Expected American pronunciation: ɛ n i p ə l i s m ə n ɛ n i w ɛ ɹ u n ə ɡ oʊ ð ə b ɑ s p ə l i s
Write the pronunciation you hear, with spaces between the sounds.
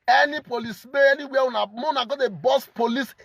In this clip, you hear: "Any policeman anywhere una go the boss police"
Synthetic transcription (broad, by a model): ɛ n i p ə l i s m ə ɛ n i w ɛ w u n ə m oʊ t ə b ɑ s p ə l i s